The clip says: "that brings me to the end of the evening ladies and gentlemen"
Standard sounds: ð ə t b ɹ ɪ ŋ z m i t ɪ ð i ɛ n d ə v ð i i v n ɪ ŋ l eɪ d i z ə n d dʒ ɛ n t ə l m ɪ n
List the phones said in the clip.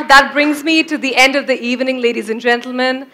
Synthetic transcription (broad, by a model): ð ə t b ɹ ɪ ŋ z m i t ɪ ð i ɛ n d ə v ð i i v n ɪ ŋ l eɪ d i z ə n dʒ ɛ n t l m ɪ n